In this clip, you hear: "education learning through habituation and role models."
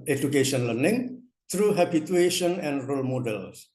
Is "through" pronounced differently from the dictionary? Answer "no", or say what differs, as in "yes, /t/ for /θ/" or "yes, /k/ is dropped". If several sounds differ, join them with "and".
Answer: yes, /t/ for /θ/